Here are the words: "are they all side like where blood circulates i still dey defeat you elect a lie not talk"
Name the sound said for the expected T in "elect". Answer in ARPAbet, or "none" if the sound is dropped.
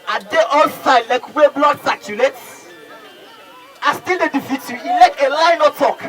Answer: none